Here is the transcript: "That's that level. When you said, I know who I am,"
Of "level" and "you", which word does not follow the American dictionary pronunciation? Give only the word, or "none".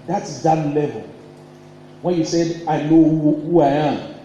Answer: none